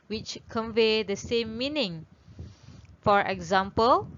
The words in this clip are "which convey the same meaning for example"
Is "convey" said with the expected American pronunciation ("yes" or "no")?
yes